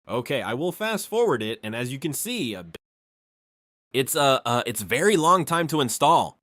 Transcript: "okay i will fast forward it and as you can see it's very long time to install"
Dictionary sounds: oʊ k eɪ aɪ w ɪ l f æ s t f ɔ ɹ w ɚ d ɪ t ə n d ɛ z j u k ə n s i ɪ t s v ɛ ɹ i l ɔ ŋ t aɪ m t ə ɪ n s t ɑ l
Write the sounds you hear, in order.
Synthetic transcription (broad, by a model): oʊ k eɪ aɪ w ɪ l f æ s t f ɔ ɹ w ɚ d ɪ t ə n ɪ z j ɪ k ə n s i ɪ t s v ɛ ɹ i l ɔ ŋ t aɪ m t ə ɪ n s t ɑ l